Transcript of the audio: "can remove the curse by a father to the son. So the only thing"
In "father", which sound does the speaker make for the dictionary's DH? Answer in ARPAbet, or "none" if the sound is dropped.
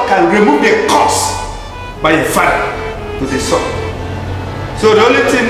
none